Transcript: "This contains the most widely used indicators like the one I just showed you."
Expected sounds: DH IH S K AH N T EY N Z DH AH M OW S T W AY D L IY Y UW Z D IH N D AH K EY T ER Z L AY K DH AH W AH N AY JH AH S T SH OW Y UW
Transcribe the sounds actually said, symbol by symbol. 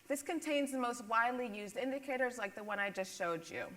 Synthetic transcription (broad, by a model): DH IH S K AH N T EY N Z DH AH M OW S T W AY D L IY Y UW Z D IH N D AH K EY T ER Z L AY K DH AH W AH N AY JH AH S T SH OW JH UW